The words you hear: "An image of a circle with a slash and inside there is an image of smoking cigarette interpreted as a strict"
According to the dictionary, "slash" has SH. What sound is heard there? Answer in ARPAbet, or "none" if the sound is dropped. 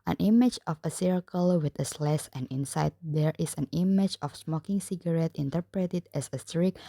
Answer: S